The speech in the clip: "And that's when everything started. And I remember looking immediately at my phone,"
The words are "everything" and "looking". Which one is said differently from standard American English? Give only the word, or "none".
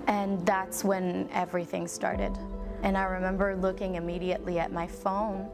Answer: none